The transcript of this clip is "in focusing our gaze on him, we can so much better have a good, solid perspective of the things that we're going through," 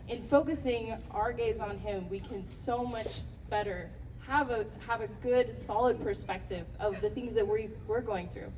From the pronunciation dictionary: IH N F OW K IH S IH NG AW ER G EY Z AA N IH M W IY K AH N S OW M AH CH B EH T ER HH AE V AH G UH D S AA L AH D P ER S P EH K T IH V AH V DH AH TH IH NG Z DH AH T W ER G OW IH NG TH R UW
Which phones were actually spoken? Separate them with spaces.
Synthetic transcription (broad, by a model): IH N F OW K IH S IH NG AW ER G EY Z N IH M W IY K AH N S OW M AH CH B EH T ER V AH V AH G UH D S AA L AH D P ER S P EH K T IH V AH V DH AH TH IH NG Z DH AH T W ER G OW IH NG TH R UW